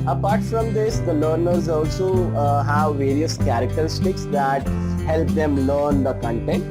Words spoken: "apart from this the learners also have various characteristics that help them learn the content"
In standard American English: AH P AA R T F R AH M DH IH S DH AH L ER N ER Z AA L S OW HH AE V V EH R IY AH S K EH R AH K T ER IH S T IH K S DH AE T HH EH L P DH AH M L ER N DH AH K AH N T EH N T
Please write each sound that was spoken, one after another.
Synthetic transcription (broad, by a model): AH P AA R T F R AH M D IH S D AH L ER N ER Z AA L S OW HH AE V V EH R IY AH S K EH R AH K T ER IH S T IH K S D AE T HH EH L P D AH M L ER N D AH K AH N T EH N T